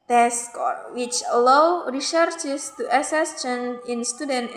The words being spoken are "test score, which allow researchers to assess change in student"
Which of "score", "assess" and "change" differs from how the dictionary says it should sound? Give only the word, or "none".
change